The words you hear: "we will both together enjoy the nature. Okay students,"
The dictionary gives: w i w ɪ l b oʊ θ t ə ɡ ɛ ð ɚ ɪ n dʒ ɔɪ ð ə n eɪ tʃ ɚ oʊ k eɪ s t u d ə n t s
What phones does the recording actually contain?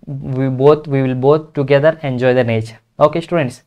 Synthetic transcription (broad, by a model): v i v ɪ l b oʊ t t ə ɡ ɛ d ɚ ɪ n dʒ ɔɪ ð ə n eɪ tʃ ɚ oʊ k eɪ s t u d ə n t s